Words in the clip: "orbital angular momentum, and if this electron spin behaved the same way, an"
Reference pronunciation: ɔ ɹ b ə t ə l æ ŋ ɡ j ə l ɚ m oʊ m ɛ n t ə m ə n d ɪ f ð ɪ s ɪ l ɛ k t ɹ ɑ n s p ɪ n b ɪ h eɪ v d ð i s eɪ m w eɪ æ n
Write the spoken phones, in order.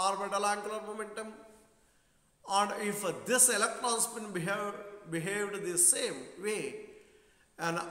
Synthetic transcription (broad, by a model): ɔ ɹ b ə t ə l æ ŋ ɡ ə l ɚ m oʊ m ɛ n t ə m ə n d ɪ f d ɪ s ɪ l ɛ k t ɹ ɑ n s b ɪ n b ɪ h eɪ v d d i s eɪ m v eɪ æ n